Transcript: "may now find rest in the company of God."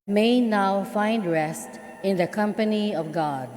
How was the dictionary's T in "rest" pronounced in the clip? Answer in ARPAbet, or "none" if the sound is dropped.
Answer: T